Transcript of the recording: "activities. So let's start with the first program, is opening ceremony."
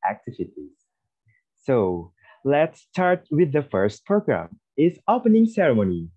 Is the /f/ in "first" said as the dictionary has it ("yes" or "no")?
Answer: yes